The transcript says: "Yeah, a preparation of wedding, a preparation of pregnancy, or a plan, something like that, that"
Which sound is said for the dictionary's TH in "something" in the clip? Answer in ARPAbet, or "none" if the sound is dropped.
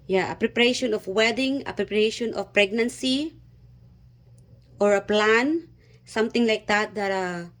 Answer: T